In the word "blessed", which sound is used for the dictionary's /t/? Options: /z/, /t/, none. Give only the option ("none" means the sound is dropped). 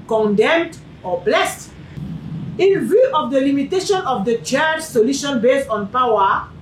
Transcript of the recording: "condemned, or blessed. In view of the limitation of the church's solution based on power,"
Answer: /t/